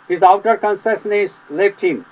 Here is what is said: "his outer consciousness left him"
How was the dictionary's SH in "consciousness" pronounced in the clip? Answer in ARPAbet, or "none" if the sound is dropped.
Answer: S